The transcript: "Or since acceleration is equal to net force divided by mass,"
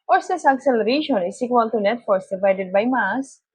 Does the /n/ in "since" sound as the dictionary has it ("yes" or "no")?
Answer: no